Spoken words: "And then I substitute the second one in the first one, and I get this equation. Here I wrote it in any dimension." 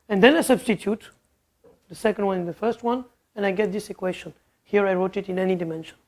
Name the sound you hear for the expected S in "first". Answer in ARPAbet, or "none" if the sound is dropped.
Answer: S